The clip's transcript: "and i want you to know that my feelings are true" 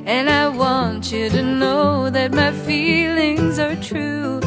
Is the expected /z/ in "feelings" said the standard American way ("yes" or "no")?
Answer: yes